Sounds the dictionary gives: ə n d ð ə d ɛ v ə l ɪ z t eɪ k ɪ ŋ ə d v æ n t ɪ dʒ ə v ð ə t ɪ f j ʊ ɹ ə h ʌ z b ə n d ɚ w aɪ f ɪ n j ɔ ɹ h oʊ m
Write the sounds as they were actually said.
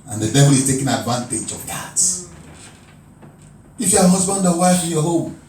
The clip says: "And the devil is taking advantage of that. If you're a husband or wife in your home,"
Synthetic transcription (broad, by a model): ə n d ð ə d ɛ v ə l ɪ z t eɪ k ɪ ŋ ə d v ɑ n t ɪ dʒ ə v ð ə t ɪ f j ə h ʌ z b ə n d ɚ w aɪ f ɪ n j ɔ h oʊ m